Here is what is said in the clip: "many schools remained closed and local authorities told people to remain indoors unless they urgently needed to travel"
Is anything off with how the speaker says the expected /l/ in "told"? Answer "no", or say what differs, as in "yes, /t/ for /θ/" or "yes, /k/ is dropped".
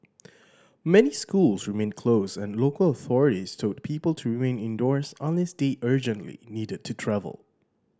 yes, /l/ is dropped